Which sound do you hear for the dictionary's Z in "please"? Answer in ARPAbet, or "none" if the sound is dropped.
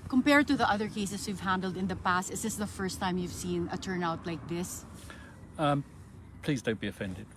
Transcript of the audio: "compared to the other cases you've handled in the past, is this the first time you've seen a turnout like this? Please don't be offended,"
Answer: Z